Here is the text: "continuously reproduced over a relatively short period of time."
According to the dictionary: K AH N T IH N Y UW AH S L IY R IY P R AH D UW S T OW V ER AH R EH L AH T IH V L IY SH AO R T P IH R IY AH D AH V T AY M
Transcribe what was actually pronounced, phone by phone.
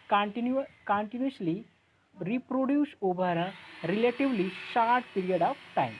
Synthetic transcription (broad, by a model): K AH N T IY N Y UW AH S L IY R IY P R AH D UW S OW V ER AH R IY L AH T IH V L IY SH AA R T P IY R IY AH D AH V T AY M